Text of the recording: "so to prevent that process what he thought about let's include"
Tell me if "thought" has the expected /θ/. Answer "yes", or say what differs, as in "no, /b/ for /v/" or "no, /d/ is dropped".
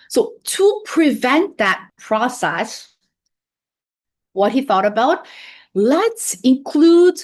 yes